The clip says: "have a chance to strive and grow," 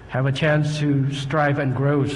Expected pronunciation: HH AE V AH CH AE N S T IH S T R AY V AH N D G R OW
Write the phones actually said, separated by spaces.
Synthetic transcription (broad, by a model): HH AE V AH CH AE N S T IH S T R AY V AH N G R OW